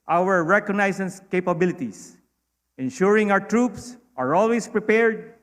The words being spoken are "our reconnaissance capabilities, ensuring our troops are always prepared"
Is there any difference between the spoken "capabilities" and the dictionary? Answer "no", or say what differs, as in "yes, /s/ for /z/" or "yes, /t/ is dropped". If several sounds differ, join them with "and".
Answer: yes, /s/ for /z/